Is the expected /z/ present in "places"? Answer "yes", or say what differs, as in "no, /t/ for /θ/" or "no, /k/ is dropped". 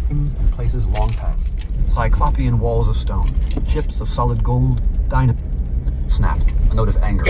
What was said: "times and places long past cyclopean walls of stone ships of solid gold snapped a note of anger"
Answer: yes